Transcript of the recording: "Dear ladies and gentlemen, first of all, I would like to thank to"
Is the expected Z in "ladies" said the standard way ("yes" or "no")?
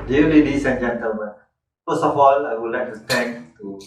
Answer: no